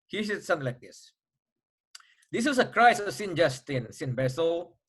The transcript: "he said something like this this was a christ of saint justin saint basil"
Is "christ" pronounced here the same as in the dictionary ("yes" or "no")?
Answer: no